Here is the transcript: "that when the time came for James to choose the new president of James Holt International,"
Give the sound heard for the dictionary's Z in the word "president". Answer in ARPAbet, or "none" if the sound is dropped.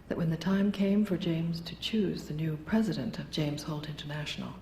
Z